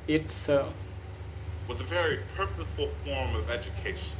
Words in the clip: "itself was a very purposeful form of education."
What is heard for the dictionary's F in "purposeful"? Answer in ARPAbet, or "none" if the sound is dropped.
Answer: F